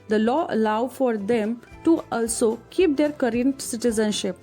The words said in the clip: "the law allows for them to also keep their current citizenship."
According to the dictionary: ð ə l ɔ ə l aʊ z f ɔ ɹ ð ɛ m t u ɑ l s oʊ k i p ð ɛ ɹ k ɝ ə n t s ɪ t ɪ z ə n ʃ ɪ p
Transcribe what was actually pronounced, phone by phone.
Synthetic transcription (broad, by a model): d ə l ɔ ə l aʊ f ɔ ɹ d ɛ m t u ɑ l s oʊ k i p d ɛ ɹ k ɝ ə n t s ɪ t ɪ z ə n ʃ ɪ p